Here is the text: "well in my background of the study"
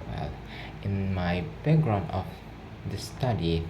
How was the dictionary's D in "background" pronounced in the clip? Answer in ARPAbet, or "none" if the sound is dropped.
none